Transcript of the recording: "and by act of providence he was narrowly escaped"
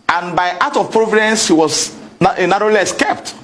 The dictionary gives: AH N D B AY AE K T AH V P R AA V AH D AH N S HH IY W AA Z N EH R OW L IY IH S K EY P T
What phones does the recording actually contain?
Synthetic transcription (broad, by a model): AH N B AY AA T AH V P R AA V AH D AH N S HH IY W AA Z N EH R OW L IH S K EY P T